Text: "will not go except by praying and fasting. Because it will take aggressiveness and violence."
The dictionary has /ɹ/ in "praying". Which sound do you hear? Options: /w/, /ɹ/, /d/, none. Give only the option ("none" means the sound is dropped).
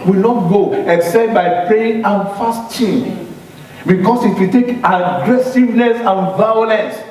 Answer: none